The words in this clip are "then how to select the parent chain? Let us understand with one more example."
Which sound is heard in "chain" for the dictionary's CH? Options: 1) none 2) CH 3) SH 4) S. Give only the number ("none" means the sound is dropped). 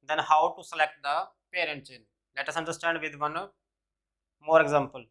4